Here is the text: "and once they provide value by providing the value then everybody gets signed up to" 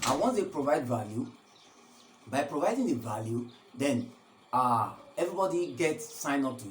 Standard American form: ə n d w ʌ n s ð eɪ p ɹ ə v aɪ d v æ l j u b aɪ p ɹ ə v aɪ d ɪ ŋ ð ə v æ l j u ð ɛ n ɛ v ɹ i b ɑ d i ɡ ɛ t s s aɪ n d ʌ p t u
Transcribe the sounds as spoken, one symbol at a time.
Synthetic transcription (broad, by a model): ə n w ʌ n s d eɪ p ɹ ə v aɪ d v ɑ l j u b aɪ p ɹ ə v aɪ d ɪ ŋ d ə v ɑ l j u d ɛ n ɛ v ɹ i b ɑ d i ɡ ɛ t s s aɪ n ɔ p t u